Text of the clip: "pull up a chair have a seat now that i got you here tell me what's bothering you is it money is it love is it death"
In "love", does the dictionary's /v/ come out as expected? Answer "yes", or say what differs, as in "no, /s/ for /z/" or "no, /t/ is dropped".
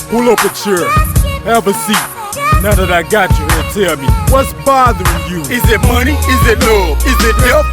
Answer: no, /v/ is dropped